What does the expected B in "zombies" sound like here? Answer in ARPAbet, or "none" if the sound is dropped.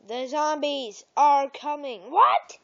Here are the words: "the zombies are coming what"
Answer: B